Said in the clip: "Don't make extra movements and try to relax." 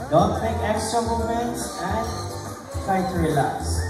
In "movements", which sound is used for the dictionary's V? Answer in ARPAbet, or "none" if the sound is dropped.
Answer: none